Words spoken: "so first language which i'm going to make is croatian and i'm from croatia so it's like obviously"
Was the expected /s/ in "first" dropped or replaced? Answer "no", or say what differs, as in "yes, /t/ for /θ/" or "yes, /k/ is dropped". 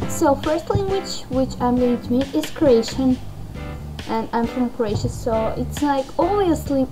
no